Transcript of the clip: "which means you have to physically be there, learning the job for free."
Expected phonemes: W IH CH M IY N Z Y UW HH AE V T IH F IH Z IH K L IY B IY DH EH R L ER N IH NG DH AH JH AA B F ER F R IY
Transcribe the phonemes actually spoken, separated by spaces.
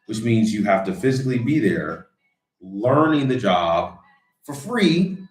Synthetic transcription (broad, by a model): W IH CH M IY N Z Y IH HH AE F T IH F IH Z IH K L IY B IY DH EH R L ER N IH NG DH AH JH AA B F ER F R IY